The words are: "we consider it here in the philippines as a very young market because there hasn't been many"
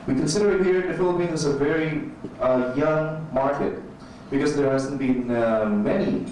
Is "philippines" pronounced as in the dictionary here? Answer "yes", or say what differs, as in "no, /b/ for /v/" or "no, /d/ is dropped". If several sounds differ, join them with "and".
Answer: no, /z/ is dropped